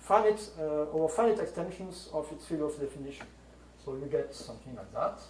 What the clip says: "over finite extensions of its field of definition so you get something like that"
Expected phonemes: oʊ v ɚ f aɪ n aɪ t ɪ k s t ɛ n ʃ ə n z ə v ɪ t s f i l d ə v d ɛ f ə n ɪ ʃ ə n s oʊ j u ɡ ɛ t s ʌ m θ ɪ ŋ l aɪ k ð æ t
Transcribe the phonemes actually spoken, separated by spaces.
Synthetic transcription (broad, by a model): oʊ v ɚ f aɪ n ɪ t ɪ k s t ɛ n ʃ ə n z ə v ɪ t s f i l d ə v d ɛ f ə n ɪ ʃ ə n s oʊ j u ɡ ɛ t s ʌ m θ ɪ ŋ l aɪ k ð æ t